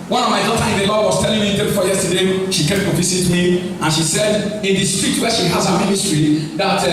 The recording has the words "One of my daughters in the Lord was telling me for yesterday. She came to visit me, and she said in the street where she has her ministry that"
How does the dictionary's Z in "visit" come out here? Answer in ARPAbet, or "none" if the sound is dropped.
S